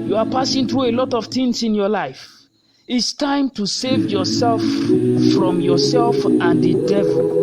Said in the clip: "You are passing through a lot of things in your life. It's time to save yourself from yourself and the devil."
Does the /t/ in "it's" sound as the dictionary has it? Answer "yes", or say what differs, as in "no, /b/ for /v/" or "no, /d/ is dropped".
yes